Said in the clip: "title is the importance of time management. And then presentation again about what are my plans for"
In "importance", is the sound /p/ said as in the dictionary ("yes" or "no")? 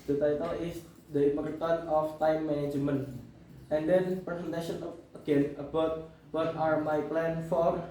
no